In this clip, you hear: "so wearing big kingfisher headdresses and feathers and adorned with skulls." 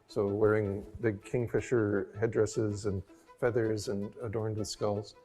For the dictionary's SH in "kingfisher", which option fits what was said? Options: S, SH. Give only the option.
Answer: SH